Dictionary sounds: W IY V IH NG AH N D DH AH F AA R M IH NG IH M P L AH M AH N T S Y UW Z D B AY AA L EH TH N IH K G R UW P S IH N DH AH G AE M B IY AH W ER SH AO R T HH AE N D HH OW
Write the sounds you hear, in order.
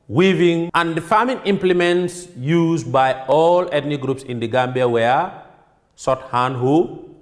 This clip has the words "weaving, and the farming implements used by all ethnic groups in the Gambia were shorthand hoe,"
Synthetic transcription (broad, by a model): W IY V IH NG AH N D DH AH F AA M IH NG IH M P L AH M AH N T S Y UW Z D B AY AA L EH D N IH G R UW P S IH N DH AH G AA M B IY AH W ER S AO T HH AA N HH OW